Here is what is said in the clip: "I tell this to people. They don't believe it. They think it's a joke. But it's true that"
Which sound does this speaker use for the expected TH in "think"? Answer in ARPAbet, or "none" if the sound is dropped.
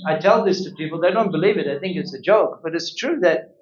TH